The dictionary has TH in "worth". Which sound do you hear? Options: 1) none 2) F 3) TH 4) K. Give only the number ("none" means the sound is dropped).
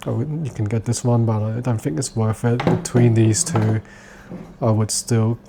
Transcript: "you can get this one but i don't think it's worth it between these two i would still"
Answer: 2